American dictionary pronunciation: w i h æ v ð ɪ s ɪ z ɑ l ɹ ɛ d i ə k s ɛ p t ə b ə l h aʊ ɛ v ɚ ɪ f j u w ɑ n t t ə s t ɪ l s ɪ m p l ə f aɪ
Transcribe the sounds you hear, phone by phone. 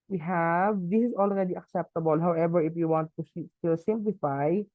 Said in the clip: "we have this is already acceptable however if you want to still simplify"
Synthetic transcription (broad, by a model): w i h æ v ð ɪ s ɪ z ɑ l ɹ ɛ d i ə k s ɛ p t ə b ə l h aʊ ɛ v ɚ ɪ f j u w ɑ n t s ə s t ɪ l s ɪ m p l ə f aɪ